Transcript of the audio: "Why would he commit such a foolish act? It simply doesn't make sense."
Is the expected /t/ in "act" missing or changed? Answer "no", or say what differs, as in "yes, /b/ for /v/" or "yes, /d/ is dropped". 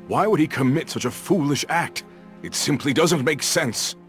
no